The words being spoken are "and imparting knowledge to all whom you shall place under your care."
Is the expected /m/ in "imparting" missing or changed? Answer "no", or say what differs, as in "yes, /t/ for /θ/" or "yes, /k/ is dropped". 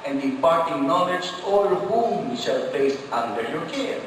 yes, /m/ is dropped